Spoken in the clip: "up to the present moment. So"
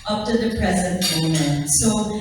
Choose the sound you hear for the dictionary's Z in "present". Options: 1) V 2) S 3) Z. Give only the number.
3